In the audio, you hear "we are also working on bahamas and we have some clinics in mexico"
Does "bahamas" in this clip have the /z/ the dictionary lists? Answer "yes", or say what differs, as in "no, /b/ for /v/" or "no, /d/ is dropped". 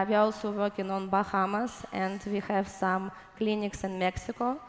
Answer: no, /s/ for /z/